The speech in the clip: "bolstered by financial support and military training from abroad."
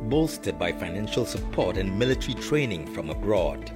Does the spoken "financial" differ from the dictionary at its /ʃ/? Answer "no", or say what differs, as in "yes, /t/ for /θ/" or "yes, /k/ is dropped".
no